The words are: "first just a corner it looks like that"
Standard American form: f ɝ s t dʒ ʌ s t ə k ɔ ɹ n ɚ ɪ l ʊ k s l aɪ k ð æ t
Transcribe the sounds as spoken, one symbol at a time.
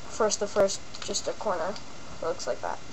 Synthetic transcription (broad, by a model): f ɝ s t dʒ ʌ s t ə k ɔ ɹ n ɚ l ʊ k s l aɪ k ð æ t